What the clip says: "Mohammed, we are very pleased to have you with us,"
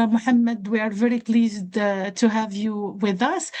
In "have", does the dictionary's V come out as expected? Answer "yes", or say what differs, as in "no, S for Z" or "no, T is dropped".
yes